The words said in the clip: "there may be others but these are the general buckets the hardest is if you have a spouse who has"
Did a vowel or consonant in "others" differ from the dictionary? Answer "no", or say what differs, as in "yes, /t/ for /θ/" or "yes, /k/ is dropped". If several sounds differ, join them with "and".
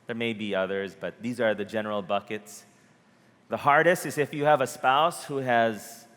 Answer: no